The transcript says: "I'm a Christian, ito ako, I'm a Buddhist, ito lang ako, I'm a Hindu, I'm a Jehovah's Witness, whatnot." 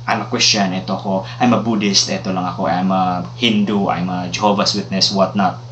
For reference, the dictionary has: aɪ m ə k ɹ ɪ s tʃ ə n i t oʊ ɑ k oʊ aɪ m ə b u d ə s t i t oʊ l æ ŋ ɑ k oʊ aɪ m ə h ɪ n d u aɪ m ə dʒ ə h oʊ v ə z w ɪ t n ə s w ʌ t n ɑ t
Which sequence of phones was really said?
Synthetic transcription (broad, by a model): aɪ m ə k w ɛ s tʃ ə n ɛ t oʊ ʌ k oʊ aɪ m ə b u d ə s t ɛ t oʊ l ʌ ŋ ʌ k oʊ aɪ m ə h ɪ n d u aɪ m ə dʒ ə h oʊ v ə s w ɪ t n ə s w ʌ t n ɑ t